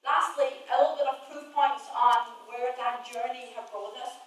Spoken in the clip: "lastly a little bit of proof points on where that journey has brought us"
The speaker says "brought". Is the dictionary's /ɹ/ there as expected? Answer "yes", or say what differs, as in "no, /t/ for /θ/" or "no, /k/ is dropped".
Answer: no, /ɹ/ is dropped